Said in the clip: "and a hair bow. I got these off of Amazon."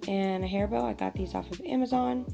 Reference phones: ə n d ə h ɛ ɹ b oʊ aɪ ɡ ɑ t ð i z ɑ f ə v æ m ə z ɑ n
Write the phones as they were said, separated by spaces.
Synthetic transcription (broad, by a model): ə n ə h ɛ ɹ b oʊ aɪ ɡ ɑ t ð i z ɑ f ə v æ m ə z ɑ n